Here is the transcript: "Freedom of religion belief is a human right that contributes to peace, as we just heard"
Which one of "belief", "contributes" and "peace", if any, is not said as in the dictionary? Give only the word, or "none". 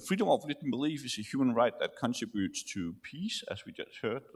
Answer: none